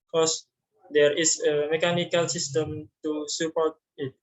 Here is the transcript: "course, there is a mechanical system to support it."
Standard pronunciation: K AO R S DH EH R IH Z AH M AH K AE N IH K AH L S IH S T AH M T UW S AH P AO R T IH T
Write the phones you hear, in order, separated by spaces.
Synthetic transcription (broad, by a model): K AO S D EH R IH S AH M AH K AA N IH K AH L S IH S T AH M T UW S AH P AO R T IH T